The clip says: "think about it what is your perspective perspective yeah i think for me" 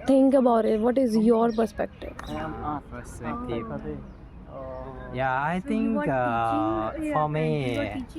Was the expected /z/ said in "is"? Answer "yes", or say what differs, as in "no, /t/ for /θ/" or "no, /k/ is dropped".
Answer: yes